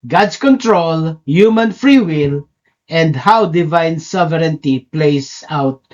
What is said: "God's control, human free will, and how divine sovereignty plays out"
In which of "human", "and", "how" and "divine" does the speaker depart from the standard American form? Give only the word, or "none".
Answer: none